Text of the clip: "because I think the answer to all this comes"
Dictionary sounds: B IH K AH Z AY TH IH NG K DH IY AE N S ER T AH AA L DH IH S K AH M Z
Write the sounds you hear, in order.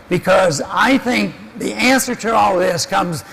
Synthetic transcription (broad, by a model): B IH K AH Z AY TH IH NG K DH IY AE N S ER T AH AA L DH IH S K AH M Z